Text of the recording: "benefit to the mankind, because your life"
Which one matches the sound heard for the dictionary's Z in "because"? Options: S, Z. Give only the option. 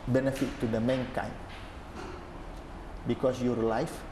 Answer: S